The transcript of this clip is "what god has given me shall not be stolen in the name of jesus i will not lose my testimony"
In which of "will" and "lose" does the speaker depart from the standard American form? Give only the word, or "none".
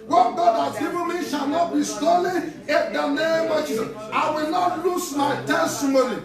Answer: lose